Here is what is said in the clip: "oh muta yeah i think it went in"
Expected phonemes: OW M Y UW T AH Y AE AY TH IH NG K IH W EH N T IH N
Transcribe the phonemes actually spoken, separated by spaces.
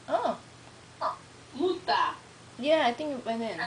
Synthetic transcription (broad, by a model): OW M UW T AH Y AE AY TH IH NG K IH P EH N IH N